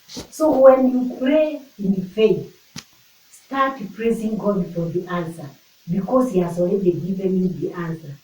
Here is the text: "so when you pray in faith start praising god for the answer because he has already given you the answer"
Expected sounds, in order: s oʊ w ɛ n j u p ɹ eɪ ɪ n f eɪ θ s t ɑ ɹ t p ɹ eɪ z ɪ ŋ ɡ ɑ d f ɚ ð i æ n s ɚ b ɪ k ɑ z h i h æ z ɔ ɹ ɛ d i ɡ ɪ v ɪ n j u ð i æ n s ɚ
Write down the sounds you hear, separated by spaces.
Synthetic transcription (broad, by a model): s oʊ w ɛ n j u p ɹ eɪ ɪ n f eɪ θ s t ɑ t p ɹ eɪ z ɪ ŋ ɡ ɑ d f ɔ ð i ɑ n s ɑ b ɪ k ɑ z h i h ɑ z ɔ l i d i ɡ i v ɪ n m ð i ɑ n s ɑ